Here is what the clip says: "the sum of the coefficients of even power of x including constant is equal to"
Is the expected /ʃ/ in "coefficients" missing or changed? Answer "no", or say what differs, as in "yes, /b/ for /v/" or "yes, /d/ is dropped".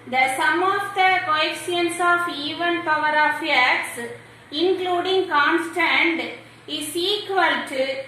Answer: yes, /ʃ/ is dropped